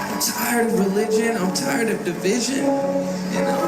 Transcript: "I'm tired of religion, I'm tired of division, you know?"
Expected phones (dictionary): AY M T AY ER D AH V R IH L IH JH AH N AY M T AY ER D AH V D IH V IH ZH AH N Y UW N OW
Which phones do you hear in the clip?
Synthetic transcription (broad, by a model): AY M T AY ER D AH V R IH L IH JH AH N AY M T AY ER D AH V D IH V IH ZH AH N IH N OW